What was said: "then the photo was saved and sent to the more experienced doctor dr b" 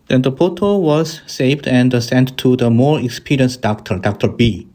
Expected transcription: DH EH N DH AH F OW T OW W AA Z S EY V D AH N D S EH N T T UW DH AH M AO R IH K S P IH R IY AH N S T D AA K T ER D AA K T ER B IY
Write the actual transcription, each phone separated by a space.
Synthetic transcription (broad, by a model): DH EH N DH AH P OW T OW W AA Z S EY V D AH N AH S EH N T T UW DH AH M AO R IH K S P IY R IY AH N S D AA K T ER D AA K T ER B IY